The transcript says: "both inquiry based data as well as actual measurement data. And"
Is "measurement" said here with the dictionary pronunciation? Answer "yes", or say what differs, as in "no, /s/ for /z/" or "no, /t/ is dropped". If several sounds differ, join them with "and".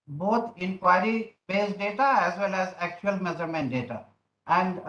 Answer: no, /z/ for /ʒ/